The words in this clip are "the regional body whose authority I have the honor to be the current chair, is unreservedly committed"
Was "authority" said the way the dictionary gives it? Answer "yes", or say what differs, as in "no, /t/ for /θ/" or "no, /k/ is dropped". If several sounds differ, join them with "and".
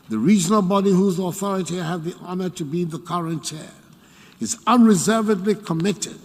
yes